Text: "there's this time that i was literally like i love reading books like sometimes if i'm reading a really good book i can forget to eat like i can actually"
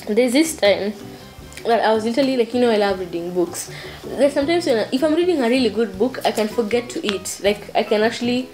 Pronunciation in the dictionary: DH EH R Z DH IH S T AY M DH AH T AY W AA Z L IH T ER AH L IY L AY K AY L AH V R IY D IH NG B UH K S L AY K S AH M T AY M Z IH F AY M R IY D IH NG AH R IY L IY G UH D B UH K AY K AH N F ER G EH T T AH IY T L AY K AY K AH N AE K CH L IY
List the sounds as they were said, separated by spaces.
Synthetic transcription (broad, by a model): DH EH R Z DH IH S T AY M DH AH T AY W AA Z L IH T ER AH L IY L AY K AY L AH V R IY D IH NG B UH K S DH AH S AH M T AY M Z IH F AY M R IY D IH NG AH R IY L IY G UH D B UH K AY K AH N F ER G EH T T IY T L AY K AY K AH N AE K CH L IY